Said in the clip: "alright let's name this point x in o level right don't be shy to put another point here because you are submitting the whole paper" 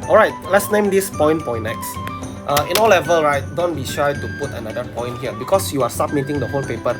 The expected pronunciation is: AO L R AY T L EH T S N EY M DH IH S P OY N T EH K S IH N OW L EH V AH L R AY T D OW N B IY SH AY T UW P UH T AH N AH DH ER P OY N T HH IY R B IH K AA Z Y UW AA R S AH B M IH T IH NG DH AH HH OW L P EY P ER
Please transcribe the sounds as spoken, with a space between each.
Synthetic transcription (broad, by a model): AO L R AY T L EH T S N EY M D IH S P OY N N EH K S IH N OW L EH V AH L R AY T D OW N B IY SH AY T UW P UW T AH N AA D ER P OY N T HH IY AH B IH K AA S Y UW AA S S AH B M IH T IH NG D AH HH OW N P EY P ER